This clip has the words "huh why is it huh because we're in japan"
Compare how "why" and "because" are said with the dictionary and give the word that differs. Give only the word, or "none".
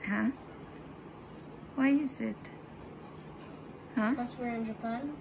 because